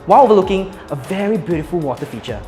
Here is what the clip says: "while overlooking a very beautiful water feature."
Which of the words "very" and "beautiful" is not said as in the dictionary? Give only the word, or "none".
none